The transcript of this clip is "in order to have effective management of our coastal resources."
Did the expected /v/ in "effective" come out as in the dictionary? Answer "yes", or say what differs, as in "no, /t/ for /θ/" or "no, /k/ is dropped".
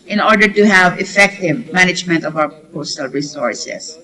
yes